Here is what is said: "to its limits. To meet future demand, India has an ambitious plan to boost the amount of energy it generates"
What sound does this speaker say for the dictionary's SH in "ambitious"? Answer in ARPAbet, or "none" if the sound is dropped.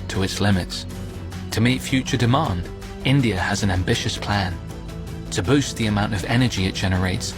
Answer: SH